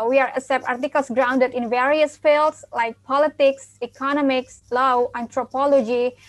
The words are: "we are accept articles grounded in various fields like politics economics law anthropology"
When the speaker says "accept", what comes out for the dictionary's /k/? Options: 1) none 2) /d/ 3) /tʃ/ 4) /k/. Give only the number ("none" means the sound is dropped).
1